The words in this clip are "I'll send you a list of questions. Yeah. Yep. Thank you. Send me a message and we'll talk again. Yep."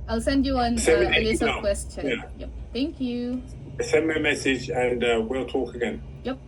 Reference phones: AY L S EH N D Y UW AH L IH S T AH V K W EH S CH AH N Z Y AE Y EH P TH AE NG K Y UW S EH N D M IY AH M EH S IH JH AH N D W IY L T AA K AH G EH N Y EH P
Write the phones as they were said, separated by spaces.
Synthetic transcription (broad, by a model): AY L S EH N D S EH AH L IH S AH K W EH S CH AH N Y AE Y EH P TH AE NG K Y UW S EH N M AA AH M EH S IH JH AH N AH W IY L T AA K AH G EH N Y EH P